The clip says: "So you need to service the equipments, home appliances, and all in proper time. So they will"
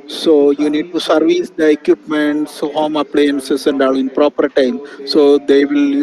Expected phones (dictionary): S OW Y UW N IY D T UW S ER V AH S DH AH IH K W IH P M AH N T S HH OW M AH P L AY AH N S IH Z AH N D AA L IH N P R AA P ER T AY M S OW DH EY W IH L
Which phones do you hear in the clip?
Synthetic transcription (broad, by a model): S OW Y UW N IY D T UW S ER V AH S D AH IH K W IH P M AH N T S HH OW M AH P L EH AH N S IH S AH N D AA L IH N P R AA P ER T AY M S OW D EY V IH L